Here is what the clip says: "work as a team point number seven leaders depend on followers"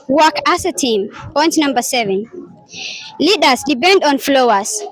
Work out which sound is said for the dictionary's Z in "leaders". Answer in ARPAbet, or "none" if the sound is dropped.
S